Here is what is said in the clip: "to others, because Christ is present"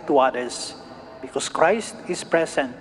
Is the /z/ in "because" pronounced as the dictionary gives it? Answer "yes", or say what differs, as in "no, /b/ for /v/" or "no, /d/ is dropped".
no, /s/ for /z/